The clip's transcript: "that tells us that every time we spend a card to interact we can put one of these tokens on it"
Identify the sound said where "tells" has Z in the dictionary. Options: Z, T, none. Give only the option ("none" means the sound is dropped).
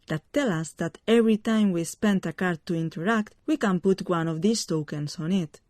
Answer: none